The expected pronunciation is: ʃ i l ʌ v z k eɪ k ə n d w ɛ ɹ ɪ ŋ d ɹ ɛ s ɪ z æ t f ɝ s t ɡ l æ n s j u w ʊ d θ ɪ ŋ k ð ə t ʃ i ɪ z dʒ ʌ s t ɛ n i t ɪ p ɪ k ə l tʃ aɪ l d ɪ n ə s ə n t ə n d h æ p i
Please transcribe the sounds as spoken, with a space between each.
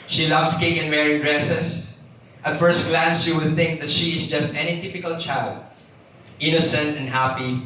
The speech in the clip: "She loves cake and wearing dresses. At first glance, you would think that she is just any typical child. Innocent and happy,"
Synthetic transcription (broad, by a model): ʃ i l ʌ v s k eɪ k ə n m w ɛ ɹ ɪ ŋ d ɹ ɛ s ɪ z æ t f ɝ s t ɡ l æ n s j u w ʊ d θ ɪ ŋ k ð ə t ʃ i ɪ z dʒ ʌ s t ɛ n i t ɪ p ɪ k ə l tʃ aɪ l d ɪ n ə s ə n t ə n d h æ p i